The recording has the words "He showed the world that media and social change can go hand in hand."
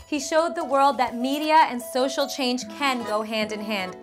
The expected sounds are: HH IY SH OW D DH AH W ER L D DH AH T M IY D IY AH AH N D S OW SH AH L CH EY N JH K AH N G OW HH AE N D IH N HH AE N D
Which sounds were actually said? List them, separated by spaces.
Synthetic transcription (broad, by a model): HH IY SH OW D DH AH W ER L D DH AH T M IY D IY AH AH N S OW SH L CH EY N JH K AH N G OW HH AE N D IH N HH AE N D